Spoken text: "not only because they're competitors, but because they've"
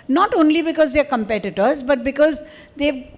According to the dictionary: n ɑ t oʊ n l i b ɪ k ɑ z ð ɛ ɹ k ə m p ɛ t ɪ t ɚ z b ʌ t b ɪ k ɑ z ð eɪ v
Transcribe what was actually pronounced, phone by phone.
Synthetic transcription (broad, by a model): n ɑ t oʊ n l i b ɪ k ɑ z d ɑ ɹ k ə m p ɛ t ɪ t ɚ z b ʌ t b ɪ k ɑ z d eɪ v